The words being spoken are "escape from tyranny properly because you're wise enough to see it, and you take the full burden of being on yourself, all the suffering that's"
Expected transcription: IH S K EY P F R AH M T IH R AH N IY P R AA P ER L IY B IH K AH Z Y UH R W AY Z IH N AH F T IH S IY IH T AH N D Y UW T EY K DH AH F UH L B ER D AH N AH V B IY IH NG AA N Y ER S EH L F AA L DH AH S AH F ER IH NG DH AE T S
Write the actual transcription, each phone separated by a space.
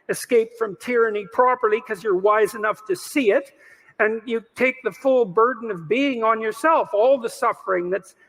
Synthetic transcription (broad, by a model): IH S K EY P F R AH M T IH R AH N IY P R AA P ER L IY K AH Z Y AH R W AY Z IH N AH F T IH S IY IH T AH N Y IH T EY K DH AH F UH L B ER D N AH V B IY IH NG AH N Y ER S EH L F AA L DH AH S AH F ER IH NG DH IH T S